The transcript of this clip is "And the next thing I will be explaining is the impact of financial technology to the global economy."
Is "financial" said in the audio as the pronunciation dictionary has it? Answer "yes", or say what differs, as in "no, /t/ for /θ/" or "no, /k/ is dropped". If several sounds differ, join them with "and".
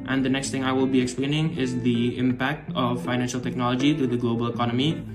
yes